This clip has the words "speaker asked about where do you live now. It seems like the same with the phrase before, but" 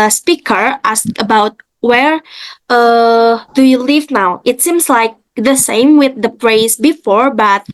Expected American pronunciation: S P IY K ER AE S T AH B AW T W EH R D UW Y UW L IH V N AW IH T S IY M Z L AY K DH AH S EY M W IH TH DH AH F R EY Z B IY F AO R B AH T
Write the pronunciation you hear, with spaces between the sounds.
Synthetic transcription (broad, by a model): S P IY K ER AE S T AH B AW T W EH R D UW Y UW L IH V N AW IH T S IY M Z L AY K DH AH S EY M W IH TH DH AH P R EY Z B IY F AO R B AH T